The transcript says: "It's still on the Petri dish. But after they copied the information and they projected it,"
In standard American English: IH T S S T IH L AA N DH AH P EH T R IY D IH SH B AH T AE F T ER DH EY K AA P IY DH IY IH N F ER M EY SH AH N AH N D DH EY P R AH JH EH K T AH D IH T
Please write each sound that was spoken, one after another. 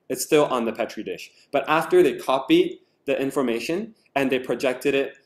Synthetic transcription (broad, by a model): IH T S S T IH L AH N DH AH P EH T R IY D IH SH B AH T AE F T ER DH EY K AA P IY DH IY IH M F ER M EY SH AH N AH N DH EY P R AH JH EH K T AH D IH T